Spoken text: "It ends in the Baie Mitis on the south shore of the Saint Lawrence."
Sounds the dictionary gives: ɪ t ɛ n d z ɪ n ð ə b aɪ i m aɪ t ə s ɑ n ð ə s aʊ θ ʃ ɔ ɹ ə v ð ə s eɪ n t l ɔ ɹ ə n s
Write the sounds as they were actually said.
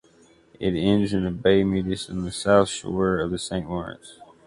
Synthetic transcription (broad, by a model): ɪ t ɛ n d z ɪ n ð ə b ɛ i m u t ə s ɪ n ð ə s aʊ θ ʃ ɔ ɹ ə v ð ə s eɪ n t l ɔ ɹ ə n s